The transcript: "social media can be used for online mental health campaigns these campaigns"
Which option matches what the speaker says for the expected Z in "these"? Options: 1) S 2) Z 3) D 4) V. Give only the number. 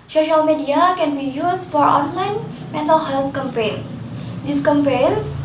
1